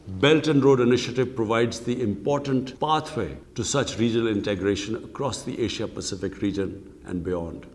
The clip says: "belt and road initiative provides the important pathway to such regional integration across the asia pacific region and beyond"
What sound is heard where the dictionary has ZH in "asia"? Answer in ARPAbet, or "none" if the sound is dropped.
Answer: SH